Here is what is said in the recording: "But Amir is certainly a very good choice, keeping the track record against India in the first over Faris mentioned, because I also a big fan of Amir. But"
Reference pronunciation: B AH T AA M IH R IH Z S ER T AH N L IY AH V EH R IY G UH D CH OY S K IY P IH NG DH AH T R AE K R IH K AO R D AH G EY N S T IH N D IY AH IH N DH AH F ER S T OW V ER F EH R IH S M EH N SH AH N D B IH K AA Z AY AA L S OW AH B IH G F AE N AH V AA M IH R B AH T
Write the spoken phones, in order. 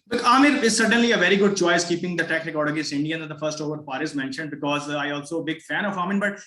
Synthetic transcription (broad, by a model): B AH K AA M IH R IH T S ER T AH N L IY AH V EH R IY G UH D CH OY S K IY P IH NG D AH T EH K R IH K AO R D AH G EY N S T IH N D IY AH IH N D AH F ER S T OW V ER P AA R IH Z M EH N SH AH N D B IH K AA Z AY AA L S OW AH B IH G F AE N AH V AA M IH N B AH T